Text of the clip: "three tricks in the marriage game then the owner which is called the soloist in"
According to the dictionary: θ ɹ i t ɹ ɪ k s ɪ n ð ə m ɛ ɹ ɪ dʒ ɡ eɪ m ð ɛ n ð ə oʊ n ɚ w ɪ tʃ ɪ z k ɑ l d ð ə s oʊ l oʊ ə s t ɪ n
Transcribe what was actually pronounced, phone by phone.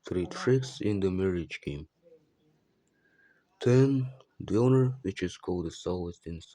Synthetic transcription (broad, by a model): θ ɹ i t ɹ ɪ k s ɪ n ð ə m ɛ ɹ ɪ dʒ ɡ eɪ m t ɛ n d oʊ n ɚ w ɪ tʃ ɪ z k ɑ l d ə s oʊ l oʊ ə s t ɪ n